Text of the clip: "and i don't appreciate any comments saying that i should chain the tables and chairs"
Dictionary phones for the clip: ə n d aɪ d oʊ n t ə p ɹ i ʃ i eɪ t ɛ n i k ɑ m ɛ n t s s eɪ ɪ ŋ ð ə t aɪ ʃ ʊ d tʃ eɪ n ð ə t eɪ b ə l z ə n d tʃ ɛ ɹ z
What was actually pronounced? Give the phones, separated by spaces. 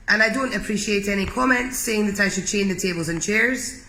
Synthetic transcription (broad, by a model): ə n aɪ d oʊ n t ə p ɹ i ʃ i eɪ t ɛ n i k ɑ m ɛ n t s s eɪ ɪ ŋ ð ə t aɪ ʃ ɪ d tʃ eɪ n ð ə t eɪ b ə l z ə n tʃ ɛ ɹ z